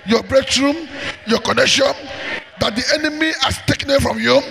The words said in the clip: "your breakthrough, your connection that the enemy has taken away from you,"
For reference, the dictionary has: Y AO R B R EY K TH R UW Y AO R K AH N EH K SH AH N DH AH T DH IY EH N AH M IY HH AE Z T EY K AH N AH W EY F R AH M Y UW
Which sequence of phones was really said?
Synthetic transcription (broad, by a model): Y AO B R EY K S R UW Y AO K AH N EH K SH AH N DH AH T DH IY EH N AH M IY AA S T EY K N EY F R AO M Y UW